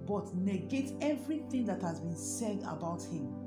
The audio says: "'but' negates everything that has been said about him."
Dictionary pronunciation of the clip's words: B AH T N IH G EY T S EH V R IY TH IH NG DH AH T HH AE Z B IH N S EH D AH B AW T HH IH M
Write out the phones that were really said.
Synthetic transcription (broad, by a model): B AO T N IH G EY T EH V R IY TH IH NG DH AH T HH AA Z B IH N S EH D AH B AW T HH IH M